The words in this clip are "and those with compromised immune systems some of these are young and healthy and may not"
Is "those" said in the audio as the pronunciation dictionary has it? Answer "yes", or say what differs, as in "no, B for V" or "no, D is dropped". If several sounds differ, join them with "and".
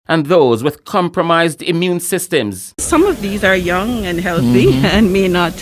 yes